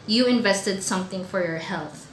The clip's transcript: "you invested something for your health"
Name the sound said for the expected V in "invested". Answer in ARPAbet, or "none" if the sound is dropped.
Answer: V